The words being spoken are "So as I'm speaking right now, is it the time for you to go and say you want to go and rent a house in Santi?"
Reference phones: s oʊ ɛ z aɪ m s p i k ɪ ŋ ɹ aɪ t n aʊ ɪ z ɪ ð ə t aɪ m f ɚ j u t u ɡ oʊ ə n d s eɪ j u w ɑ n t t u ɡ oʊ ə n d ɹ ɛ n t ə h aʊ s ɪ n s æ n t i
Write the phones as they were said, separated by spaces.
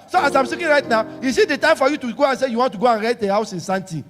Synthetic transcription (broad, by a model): s oʊ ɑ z aɪ m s i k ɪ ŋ ɹ aɪ t n aʊ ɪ s ɪ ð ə t aɪ m f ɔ j u t u ɡ oʊ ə n s eɪ j u w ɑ n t t u ɡ oʊ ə n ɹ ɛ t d ə h aʊ s ɪ n s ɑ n t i